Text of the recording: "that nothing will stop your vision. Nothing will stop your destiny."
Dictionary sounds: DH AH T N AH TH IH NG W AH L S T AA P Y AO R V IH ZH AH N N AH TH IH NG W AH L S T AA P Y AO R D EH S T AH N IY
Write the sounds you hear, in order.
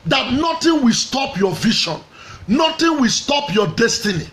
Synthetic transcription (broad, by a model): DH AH T N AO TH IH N W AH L S T AA P Y AO V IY SH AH N N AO T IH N W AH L S T AA P Y AO D EH S T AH N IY